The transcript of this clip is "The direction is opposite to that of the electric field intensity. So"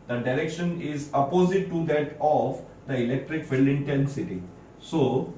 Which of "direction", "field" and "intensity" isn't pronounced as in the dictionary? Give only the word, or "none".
field